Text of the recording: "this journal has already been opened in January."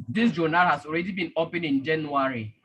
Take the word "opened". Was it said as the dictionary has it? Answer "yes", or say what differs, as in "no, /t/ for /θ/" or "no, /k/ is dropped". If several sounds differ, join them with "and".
no, /d/ is dropped